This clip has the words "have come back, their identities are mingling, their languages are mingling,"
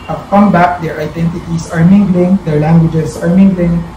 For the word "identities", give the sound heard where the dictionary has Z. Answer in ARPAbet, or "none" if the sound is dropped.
S